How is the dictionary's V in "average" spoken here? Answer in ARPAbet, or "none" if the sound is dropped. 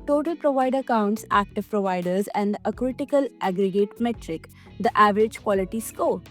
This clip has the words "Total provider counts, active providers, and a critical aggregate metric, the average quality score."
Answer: V